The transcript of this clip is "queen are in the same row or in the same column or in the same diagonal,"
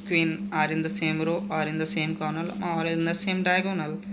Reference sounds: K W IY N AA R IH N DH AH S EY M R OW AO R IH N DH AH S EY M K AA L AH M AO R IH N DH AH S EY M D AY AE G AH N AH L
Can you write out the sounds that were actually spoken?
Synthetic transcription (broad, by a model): K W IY N AA R IH N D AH S EY M R OW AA R IH N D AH S EY M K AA N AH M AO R IH N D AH S EY M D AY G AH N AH L